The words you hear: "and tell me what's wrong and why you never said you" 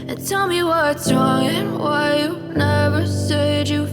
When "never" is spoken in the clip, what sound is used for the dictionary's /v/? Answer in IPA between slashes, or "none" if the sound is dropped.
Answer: /v/